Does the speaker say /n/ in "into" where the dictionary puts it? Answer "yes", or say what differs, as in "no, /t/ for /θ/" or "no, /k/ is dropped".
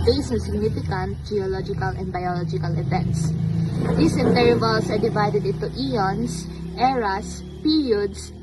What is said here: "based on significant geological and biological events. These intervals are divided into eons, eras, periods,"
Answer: no, /n/ is dropped